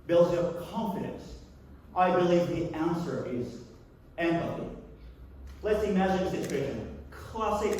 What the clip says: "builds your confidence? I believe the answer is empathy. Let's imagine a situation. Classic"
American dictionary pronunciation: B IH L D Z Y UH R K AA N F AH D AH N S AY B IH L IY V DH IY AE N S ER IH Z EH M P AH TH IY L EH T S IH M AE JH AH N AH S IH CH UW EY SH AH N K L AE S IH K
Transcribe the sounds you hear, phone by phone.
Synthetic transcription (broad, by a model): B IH L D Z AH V K AA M F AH D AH N S AY B IH L IY V DH IY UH N S ER IH Z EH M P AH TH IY L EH T S IH M AE JH AH N AH S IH CH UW EY SH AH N K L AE S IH K